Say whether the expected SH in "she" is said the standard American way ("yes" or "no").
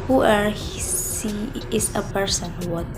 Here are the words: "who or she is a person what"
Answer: no